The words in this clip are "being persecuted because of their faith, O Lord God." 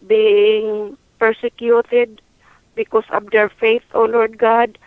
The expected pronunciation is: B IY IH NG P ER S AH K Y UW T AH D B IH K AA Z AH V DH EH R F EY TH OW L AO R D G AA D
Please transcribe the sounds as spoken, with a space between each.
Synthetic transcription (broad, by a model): B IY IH NG P ER S AH K Y UW T AH D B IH K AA S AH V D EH R F EY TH OW L AO R D G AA D